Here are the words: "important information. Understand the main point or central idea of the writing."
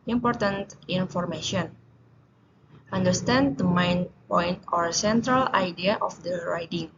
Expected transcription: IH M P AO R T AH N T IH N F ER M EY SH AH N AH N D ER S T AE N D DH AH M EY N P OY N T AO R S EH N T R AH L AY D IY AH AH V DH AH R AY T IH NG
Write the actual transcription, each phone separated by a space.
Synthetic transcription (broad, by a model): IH M P AO R T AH N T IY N F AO M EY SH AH N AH N D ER S T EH N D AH M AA N P OY N T AO R S EH N T R AH L AY D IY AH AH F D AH R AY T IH NG